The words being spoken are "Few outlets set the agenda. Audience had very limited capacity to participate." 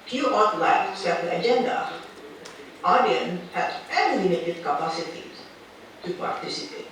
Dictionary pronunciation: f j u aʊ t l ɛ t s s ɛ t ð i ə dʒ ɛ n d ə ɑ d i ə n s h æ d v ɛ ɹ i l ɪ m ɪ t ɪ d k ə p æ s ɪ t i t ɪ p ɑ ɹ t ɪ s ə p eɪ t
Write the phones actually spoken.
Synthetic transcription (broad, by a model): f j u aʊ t l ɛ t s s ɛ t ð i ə dʒ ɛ n d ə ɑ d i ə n h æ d f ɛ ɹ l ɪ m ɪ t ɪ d k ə p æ s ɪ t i t ɪ p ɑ ɹ t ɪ s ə p eɪ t